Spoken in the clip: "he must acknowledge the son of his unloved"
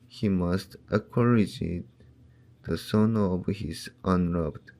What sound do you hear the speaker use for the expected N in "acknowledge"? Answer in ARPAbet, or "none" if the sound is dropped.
none